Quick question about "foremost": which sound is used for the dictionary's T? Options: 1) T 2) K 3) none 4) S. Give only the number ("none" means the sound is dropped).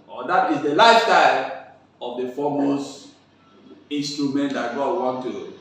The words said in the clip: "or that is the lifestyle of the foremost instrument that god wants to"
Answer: 3